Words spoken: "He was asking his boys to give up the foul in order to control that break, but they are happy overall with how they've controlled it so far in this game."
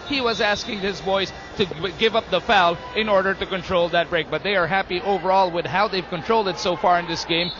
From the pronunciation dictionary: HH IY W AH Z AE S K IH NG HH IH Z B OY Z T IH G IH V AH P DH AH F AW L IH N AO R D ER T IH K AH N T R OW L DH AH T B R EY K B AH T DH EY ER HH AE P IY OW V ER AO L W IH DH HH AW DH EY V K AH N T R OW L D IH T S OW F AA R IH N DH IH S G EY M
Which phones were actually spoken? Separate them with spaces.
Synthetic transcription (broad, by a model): HH IY W AH Z AE S K IH NG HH IH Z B OY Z T IH G IH V AH P DH AH F AW L IH N AO R D ER T IH K AH N T R OW L DH AH T B R EY K B AH T DH EY ER HH AE P IY OW V ER AO L W IH DH HH AW DH EY V K AH N T R OW L D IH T S OW F AA R IH N DH IH S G EY M